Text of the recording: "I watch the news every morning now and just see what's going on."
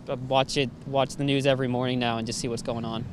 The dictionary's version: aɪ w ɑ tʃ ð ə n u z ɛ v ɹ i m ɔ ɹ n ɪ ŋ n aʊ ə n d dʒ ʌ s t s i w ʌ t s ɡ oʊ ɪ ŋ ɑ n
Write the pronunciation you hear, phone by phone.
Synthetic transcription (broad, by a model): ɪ w ɑ tʃ ð ə n u z ɛ v ɹ i m ɔ ɹ n ɪ ŋ n aʊ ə n dʒ ʌ s t s i w ʌ t s ɡ oʊ ɪ ŋ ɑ n